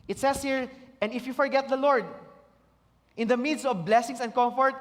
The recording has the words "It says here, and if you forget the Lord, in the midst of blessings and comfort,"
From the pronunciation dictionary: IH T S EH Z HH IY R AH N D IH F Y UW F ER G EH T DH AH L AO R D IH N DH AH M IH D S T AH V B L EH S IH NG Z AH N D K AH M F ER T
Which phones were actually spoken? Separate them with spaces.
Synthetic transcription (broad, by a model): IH T S EH S HH IY R AH N D IH F Y UW F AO G EH T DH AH L AO R D IH N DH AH M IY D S AH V B L EH S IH NG S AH N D K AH M F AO T